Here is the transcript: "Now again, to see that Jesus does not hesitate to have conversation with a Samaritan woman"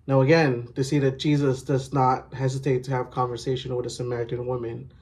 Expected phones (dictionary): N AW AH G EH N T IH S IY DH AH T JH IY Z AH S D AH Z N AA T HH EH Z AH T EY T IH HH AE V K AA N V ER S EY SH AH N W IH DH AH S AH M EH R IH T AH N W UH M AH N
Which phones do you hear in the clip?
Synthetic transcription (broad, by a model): N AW AH G EH N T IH S IY DH AH T JH IY Z AH S D AH Z N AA T HH EH Z AH T EY T IH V K AA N V ER S EY SH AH N W IH DH AH S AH M EH R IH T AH N W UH M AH N